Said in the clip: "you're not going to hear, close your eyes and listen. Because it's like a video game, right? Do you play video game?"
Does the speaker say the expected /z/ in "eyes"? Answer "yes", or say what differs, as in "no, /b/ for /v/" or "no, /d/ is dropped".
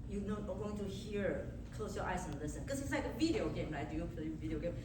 no, /s/ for /z/